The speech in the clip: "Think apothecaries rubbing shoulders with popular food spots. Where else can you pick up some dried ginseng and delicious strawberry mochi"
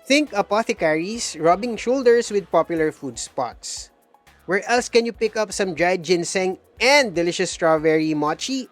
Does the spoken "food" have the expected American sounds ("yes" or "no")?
yes